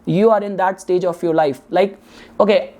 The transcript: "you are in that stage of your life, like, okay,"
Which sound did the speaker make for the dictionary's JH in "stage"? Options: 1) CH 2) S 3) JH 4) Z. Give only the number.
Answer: 3